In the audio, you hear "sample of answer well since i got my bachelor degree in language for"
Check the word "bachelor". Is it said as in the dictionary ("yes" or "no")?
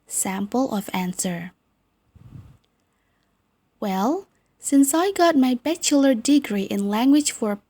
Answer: yes